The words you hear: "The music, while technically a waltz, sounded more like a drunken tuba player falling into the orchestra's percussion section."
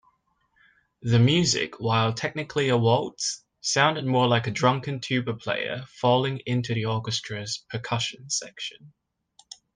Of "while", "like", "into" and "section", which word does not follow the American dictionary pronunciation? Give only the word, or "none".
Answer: none